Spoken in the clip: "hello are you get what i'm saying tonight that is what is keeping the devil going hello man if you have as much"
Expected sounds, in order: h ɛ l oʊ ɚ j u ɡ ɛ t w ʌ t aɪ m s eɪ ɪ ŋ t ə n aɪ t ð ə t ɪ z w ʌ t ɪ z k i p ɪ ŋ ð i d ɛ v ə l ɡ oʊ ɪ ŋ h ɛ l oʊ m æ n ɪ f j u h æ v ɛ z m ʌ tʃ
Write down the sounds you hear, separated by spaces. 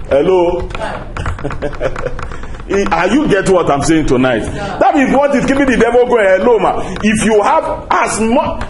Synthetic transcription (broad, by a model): h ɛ l oʊ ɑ j u ɡ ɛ t w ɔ t aɪ m s eɪ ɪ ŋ t ə n aɪ t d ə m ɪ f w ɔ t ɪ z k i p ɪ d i d ɛ v ə l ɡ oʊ h ɛ l oʊ m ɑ ɪ f j u h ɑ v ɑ s m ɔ